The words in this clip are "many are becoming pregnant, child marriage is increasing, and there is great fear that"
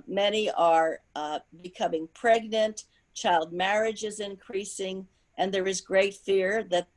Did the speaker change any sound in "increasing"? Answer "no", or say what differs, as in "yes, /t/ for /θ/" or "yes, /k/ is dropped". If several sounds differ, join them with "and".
no